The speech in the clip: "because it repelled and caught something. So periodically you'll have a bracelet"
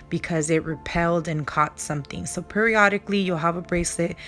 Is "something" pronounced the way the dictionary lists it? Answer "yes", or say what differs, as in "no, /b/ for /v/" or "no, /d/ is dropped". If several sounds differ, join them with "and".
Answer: yes